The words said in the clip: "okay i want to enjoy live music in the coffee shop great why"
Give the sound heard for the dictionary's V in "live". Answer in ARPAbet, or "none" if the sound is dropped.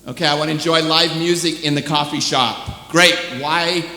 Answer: V